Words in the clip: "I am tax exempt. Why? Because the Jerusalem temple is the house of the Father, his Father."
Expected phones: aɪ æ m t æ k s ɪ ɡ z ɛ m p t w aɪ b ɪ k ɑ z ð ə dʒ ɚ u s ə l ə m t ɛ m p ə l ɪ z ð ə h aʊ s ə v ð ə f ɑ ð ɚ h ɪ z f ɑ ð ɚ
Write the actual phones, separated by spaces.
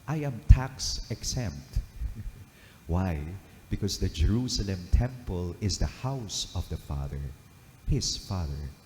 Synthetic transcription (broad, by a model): aɪ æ m t æ k s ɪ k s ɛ m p t w aɪ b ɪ k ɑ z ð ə dʒ ɚ u s ə l ə m t ɛ m p ə l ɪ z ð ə h aʊ s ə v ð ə f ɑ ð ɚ h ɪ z f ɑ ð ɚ